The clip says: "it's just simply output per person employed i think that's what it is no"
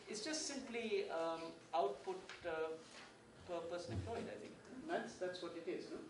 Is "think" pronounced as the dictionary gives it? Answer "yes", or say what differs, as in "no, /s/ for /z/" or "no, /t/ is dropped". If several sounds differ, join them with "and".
no, /t/ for /θ/